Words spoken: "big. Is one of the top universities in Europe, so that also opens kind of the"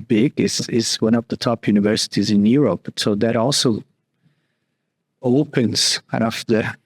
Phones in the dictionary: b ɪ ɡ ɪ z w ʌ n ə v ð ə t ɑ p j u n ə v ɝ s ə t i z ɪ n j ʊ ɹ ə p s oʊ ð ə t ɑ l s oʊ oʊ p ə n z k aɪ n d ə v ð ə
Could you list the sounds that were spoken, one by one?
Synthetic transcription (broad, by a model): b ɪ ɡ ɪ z w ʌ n ə v ð ə t ɑ p j u n ə v ɝ s ə t i z ɪ n j ʊ ɹ ə p s oʊ ð ə t ɑ l s oʊ oʊ p ə n z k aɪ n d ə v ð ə